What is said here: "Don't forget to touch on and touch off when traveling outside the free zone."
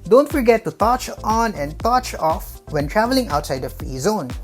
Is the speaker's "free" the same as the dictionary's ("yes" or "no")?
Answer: no